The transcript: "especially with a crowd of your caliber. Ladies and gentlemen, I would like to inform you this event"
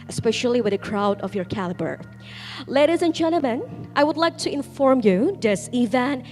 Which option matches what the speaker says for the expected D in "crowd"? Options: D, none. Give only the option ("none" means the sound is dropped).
D